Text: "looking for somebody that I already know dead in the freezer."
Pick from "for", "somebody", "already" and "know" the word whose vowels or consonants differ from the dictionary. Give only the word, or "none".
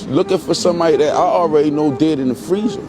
somebody